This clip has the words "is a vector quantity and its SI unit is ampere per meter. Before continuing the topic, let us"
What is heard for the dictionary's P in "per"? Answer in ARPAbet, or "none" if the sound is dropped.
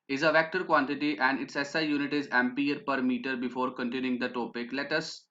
P